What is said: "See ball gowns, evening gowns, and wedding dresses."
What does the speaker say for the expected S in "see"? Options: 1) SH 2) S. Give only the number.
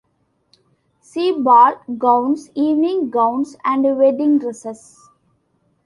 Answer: 2